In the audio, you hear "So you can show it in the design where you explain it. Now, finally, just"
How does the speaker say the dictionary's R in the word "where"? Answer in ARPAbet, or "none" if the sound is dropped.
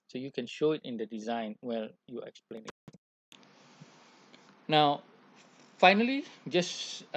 L